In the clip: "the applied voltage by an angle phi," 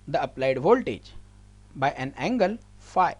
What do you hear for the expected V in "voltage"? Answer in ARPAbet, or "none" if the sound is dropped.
V